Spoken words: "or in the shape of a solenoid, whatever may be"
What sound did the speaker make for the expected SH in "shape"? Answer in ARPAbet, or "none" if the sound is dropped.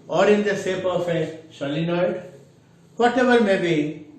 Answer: S